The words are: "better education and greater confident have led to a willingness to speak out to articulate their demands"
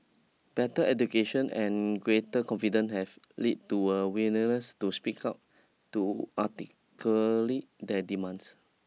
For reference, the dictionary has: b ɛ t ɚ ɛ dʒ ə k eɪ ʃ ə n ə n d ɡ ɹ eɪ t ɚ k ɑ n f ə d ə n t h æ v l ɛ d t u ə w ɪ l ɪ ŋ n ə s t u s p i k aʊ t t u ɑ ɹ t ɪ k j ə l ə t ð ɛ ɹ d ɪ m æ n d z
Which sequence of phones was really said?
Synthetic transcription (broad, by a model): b ɛ t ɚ ɛ dʒ ə k eɪ ʃ ə n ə n ɡ ɹ eɪ t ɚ k ɑ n f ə d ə n h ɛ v l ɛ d t u ə w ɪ n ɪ n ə s t u s p i k aʊ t t u ɑ t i k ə l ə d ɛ d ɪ m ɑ n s